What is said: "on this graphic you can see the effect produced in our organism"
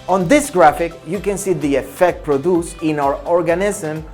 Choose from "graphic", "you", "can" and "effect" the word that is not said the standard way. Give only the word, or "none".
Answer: none